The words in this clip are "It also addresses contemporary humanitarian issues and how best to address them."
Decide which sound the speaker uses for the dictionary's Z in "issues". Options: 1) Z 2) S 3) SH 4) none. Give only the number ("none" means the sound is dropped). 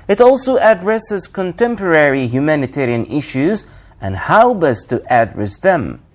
1